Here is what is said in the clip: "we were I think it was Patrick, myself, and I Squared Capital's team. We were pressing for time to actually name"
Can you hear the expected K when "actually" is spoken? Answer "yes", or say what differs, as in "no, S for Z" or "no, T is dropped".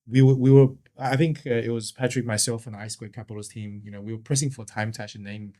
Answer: no, K is dropped